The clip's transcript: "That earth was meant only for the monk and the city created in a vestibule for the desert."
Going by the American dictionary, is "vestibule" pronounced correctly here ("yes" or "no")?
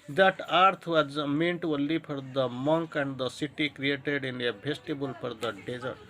no